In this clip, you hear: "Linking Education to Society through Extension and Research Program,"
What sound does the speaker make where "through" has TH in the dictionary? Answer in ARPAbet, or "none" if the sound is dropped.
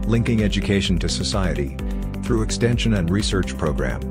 TH